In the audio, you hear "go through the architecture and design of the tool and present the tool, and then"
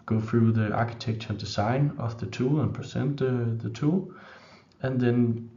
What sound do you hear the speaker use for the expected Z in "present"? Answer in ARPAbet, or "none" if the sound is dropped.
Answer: S